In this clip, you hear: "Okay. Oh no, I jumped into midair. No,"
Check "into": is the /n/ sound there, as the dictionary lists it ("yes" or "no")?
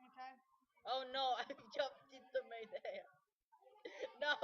no